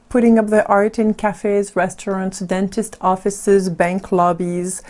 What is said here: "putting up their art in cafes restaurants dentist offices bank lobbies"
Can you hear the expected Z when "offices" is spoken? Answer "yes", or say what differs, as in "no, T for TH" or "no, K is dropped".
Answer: yes